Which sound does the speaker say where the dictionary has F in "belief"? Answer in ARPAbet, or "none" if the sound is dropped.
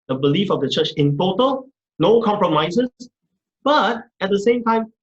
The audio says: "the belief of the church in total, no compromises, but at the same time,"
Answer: F